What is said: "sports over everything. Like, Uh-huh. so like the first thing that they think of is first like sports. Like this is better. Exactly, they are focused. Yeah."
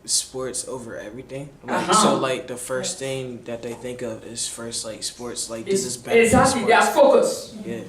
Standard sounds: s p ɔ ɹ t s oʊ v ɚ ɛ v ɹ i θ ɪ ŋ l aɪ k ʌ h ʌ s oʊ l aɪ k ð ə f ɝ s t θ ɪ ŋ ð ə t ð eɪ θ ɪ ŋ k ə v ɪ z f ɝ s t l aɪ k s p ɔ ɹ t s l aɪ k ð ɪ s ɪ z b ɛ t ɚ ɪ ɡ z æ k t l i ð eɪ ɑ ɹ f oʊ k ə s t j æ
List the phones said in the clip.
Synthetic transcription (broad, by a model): s p ɔ ɹ t s oʊ v ɚ ɛ v ɹ i θ ɪ ŋ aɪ ʌ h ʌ s oʊ l aɪ k ð ə f ɝ s θ ɪ ŋ ð ə t ð eɪ θ ɪ ŋ k ə v ɪ z f ɝ s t l aɪ k s p ɔ ɹ t s l aɪ k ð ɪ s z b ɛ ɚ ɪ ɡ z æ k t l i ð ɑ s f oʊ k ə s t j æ